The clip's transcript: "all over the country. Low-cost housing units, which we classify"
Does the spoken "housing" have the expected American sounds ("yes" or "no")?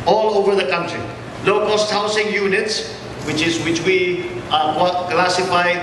no